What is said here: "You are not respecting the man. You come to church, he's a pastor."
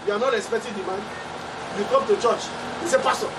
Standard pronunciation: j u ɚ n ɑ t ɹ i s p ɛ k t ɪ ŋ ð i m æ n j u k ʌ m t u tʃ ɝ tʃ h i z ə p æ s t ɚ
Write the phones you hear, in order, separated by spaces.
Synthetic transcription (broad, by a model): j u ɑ n ɑ t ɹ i s p ɛ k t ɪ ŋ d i m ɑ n j u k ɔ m t u tʃ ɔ tʃ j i s ə p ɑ s t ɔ